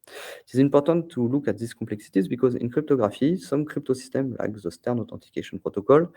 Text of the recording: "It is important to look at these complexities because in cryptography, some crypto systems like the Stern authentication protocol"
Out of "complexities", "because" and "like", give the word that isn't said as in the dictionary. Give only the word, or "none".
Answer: none